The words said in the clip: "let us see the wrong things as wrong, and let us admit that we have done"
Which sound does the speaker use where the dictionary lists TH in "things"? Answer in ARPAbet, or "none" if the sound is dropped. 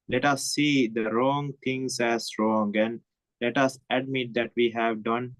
T